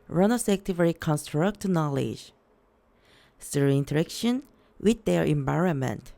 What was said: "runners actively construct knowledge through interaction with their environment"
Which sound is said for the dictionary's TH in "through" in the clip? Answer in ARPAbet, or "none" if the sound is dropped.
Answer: S